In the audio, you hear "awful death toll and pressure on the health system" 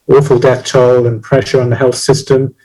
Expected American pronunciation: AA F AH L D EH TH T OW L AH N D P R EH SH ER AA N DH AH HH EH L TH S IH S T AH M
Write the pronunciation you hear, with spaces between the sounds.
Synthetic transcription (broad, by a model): AA F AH L D EH TH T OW L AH N P R EH SH ER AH N DH AH HH EH L TH S IH S T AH M